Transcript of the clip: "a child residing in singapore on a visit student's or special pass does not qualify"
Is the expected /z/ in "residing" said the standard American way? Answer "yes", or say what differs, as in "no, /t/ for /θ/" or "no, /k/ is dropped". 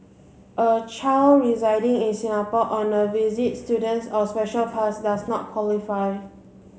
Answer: yes